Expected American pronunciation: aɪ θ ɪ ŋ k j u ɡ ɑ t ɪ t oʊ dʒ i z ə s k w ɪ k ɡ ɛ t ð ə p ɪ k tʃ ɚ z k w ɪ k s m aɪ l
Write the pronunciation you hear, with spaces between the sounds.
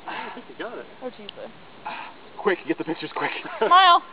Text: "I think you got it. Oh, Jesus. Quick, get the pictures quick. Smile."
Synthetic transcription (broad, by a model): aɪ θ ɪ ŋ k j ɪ ɡ ɑ t ɪ t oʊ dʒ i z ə k w ɪ k ɡ ɛ t ð ə p ɪ k tʃ ɚ z k w ɪ k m aɪ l